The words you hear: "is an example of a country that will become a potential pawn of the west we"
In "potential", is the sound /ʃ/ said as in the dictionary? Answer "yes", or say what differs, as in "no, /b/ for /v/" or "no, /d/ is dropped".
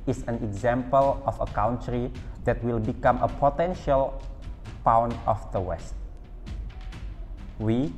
yes